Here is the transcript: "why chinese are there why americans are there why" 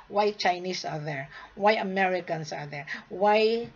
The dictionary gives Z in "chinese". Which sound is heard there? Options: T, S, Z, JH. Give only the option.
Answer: S